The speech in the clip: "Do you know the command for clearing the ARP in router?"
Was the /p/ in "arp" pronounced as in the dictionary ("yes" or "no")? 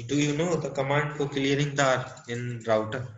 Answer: no